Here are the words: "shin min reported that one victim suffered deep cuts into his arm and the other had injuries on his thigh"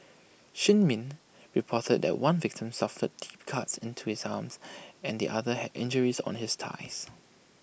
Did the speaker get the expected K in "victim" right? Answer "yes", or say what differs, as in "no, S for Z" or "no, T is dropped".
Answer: yes